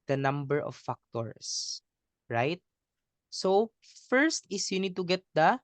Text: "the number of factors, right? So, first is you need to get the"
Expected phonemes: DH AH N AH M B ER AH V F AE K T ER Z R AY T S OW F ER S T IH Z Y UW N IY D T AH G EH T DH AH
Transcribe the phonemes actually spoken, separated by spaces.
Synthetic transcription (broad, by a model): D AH N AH M B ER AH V F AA K T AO S R AY T S OW F ER S T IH S Y UW N IY D T AH G EH T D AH